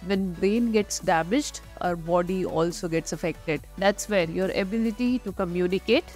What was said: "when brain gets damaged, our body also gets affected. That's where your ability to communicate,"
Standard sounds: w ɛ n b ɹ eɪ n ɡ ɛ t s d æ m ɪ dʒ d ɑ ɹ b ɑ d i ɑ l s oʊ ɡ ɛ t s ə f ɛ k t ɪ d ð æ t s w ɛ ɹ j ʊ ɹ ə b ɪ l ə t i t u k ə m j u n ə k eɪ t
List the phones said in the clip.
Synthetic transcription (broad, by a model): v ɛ n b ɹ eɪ n ɡ ɛ t s d æ m ɪ dʒ d ɑ ɹ b ɑ d i ɑ l s oʊ ɡ ɛ t s ə f ɛ k t ɪ d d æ t s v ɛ ɹ j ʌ ɹ ə b ɪ l ə t i t u k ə m j u n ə k eɪ t